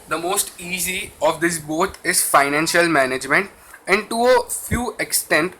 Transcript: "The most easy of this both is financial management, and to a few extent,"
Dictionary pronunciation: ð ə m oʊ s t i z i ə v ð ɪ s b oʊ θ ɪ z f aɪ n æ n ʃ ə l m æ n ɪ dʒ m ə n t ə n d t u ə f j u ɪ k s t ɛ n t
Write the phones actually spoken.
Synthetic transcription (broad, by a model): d ə m oʊ s t i z i ə v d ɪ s b oʊ t ɪ z f aɪ n æ n ʃ ə l m æ n ɪ dʒ m ə n t ə n d t u ə f j u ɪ k s t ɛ n t